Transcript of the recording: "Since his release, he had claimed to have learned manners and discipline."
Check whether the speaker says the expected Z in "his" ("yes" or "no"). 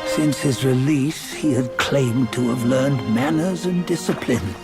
yes